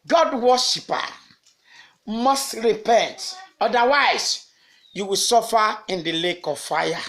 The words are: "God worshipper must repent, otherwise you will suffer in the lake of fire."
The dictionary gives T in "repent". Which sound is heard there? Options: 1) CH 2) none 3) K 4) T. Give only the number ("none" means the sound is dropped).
4